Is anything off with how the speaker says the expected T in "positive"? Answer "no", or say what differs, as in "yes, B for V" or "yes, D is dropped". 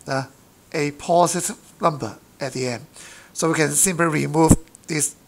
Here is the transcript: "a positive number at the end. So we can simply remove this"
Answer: yes, S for T